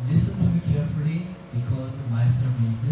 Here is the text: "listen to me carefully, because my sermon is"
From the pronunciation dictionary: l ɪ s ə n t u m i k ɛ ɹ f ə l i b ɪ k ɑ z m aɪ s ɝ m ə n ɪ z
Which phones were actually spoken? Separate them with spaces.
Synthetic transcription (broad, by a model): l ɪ s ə n t u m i k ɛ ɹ f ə l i b ɪ k ɑ z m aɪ s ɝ ə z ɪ